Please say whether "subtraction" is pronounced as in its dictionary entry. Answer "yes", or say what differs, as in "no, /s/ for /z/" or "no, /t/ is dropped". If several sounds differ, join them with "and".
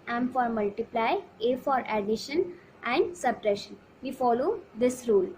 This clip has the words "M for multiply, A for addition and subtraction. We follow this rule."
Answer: no, /k/ is dropped